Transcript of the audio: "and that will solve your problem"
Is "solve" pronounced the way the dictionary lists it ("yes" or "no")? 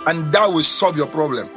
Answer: yes